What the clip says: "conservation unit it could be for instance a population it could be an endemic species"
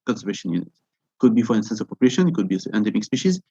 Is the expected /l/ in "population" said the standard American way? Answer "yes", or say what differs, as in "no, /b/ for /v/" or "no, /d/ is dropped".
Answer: no, /l/ is dropped